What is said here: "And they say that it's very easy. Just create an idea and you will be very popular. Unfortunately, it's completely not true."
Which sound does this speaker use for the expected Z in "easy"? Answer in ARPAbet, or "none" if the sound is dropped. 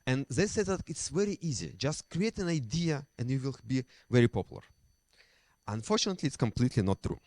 Z